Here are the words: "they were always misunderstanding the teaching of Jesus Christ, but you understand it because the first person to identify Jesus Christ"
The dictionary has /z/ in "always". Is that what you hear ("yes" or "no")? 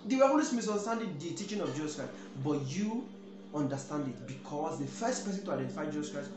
no